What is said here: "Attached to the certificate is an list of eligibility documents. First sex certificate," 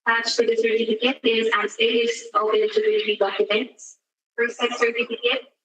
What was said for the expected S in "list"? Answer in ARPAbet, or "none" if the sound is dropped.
none